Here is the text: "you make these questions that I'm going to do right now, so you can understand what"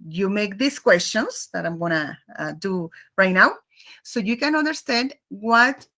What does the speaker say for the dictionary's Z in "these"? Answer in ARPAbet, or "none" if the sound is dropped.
S